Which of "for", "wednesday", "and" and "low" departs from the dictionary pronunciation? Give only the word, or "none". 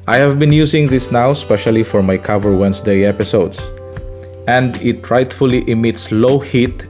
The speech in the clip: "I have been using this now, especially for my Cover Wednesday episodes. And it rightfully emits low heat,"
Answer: wednesday